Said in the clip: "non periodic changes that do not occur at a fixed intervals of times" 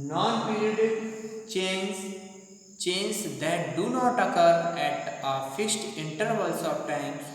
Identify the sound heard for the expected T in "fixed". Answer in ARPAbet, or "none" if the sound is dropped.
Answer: T